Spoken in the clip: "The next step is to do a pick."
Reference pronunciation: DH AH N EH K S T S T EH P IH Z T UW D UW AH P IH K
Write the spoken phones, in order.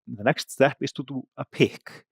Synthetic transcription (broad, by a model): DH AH N EH K S T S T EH P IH S T UW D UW AH P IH K